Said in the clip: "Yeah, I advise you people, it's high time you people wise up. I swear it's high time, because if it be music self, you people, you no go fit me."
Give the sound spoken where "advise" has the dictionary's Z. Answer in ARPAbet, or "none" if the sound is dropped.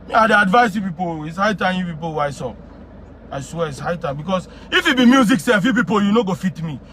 S